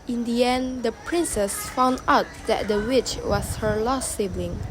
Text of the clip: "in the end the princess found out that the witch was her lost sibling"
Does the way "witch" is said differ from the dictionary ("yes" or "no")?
no